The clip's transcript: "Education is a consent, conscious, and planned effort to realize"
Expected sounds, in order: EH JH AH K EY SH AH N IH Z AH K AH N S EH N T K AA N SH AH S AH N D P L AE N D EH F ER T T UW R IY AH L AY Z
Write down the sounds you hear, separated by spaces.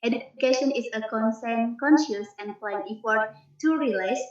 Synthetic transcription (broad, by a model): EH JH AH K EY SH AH N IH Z AH K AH N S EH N K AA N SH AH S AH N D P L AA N IY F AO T T UW R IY L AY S